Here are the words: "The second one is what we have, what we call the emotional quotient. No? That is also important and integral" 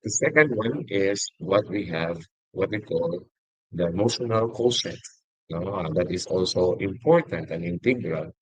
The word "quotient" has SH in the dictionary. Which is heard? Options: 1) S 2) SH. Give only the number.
1